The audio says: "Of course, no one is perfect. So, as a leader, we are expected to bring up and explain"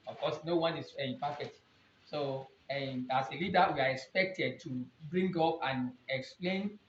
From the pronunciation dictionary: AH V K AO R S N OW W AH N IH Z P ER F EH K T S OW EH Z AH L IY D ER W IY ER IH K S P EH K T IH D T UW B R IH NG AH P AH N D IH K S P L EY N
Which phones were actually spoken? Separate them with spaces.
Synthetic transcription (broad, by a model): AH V K AO S N OW W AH N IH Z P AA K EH T S OW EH S AH L IY D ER W IY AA IH K S P EH K T IH D T UW B R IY NG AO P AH N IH K S P L EY N